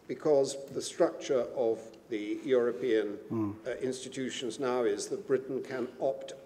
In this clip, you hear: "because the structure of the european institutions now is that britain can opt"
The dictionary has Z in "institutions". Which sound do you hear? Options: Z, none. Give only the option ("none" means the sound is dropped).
Z